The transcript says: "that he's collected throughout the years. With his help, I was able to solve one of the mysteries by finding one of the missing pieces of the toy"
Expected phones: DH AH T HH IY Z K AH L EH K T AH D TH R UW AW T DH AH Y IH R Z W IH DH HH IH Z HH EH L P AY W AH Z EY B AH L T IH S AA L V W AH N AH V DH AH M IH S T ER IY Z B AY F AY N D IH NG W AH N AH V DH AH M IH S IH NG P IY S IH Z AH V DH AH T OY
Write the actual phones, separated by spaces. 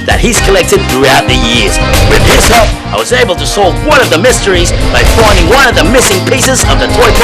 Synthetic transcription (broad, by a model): DH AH T HH IY Z K AH L EH K T AH D TH R UW AW T DH AH Y IH R Z W IH DH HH IH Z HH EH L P AY W AH Z EY B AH L T IH S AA L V W AH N AH V DH AH M IH S T ER IY Z B AY F AY N D IH NG W AH N AH V DH AH M IH S IH NG P IY S IH Z AH V DH AH T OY